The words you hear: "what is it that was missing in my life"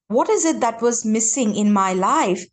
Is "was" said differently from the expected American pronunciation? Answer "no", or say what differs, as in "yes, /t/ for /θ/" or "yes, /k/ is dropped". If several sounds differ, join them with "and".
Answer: no